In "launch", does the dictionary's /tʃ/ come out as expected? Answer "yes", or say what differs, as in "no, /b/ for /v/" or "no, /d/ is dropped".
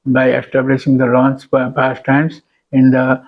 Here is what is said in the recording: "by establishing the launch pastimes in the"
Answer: no, /s/ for /tʃ/